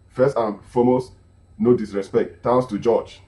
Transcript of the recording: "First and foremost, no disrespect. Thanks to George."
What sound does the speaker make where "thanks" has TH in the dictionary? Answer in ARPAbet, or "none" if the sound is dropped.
T